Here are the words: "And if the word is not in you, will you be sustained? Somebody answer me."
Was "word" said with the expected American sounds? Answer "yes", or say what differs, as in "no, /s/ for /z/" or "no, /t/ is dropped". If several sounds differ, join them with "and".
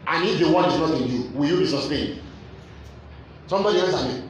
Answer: no, /d/ is dropped